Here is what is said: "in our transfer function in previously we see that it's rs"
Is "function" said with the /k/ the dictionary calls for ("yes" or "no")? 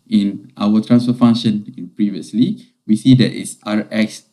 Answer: no